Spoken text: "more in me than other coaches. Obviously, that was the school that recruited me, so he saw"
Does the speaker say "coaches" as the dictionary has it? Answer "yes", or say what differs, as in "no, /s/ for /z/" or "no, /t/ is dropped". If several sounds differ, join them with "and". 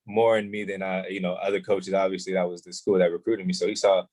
yes